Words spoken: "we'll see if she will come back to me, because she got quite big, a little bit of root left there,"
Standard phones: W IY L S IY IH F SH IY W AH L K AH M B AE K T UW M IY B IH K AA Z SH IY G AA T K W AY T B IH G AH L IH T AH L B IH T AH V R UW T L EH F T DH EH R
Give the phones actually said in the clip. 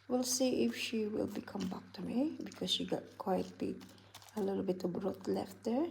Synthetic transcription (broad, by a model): W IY L S IY IH F SH IY W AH L K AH M B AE K T UW M IY B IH K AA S SH IY G AA T K W AY T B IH AH L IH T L B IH T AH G R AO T L EH F T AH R